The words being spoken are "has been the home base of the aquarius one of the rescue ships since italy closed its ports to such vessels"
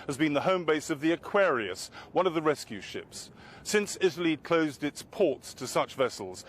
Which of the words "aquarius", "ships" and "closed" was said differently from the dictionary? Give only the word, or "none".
none